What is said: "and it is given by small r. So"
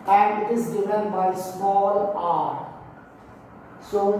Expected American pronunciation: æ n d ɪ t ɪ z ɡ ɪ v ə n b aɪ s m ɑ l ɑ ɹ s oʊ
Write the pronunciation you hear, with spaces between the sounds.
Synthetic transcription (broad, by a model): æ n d ɪ t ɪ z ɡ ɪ f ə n b aɪ s m ɑ l ɑ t s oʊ